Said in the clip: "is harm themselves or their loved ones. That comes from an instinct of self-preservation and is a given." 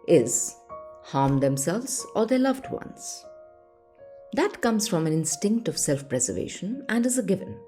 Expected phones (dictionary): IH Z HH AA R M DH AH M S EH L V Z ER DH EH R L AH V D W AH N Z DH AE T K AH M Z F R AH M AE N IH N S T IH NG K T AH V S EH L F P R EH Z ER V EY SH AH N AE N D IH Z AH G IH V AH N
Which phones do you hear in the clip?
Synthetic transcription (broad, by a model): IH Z HH AA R M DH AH M S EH L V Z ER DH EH L AH V D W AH N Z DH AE T K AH M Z F R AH M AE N IH N S T IH NG K T AH V S EH L F P R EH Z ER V EY SH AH N AE N D IH Z AH G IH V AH N